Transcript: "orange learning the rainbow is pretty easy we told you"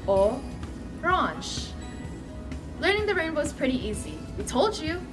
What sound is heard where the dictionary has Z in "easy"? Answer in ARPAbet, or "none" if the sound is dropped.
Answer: Z